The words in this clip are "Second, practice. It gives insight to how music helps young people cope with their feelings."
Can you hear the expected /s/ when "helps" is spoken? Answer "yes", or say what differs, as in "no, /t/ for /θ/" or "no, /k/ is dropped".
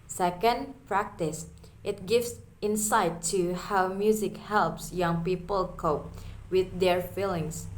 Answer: yes